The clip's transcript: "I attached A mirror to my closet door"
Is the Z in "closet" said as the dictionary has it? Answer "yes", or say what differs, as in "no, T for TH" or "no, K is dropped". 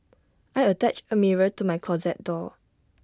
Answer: yes